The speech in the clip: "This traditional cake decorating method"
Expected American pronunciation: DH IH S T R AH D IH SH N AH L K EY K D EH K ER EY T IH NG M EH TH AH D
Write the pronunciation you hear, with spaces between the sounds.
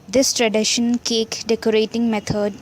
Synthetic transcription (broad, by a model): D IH S T R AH D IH SH AH N K EY K D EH K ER EY T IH NG M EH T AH D